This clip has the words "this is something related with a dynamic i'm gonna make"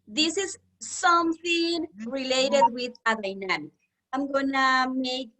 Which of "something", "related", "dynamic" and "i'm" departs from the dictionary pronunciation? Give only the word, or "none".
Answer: dynamic